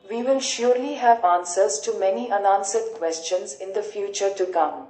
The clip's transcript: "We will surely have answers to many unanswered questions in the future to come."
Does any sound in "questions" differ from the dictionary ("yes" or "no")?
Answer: no